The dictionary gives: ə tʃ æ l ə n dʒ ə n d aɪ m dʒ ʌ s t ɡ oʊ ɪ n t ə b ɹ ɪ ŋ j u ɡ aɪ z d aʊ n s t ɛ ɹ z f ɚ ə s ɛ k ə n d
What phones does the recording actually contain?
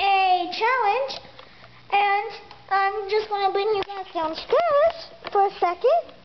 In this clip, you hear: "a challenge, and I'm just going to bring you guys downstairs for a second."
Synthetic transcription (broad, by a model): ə tʃ æ l ə n dʒ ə n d aɪ m dʒ ʌ s t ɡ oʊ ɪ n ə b ɪ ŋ j u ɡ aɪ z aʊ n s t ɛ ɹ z f ɚ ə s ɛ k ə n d